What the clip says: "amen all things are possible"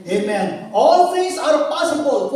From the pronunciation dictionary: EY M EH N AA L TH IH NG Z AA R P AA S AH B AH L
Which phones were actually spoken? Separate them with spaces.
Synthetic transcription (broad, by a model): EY M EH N AA L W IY Z AA R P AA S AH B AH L